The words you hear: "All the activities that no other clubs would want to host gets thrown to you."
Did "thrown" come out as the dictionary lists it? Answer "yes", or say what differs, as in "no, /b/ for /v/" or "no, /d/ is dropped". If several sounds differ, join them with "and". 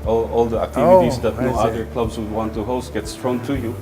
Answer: no, /t/ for /θ/